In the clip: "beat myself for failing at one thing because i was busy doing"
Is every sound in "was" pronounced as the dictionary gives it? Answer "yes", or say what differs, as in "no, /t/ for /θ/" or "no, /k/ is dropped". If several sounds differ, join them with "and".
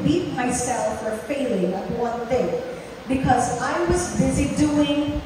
yes